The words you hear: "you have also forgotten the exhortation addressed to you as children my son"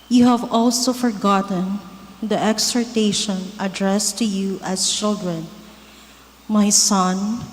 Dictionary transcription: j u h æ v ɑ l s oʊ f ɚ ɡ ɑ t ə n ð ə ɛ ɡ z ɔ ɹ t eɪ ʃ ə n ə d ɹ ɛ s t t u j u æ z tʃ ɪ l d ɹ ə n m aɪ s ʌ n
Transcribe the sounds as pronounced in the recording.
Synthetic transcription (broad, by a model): j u h æ v ɑ l s oʊ f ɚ ɡ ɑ t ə n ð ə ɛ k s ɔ ɹ t eɪ ʃ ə n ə d ɹ ɛ s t t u j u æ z tʃ ɪ l d ɹ ə n m aɪ s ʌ n